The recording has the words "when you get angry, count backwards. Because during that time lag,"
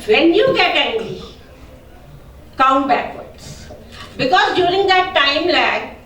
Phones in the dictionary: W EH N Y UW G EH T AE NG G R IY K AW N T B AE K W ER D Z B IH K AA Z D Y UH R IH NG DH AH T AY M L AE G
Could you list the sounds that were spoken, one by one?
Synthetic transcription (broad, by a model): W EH N Y UW G EH T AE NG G IY K AW N T B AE K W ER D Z B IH K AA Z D Y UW R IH NG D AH T AY M L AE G